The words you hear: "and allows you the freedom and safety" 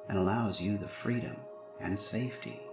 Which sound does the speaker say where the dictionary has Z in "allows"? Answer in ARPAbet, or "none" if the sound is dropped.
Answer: Z